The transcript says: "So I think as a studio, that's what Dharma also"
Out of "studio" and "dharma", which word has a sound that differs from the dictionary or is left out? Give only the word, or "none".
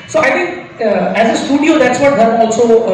dharma